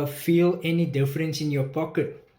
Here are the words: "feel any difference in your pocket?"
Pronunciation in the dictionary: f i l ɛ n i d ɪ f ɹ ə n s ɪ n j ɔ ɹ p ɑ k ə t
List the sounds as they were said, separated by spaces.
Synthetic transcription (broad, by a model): f i l ɛ n i d ɪ f ɹ ə n s ɪ n j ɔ p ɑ k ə t